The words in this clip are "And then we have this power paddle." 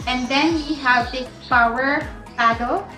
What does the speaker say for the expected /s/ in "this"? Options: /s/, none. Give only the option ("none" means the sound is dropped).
none